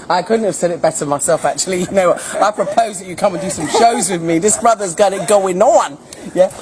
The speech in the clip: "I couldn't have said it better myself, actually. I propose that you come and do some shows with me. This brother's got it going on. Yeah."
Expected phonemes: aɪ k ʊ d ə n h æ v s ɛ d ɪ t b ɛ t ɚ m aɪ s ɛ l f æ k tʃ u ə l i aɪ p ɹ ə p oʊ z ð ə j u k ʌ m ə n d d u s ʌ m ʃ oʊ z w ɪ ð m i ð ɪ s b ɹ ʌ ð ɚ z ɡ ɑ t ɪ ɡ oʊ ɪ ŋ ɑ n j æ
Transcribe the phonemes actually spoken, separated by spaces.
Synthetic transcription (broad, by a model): aɪ k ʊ d n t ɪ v s ɛ d ɪ t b ɛ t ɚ m aɪ s ɛ l f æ k tʃ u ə n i aɪ p ɹ ə p oʊ z ð ə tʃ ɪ k ʌ m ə n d d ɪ s ʌ m ʃ oʊ z w ɪ ð m i ð ɪ s b ɹ ʌ ð ɚ z ɡ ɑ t ɪ ɡ oʊ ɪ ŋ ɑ n j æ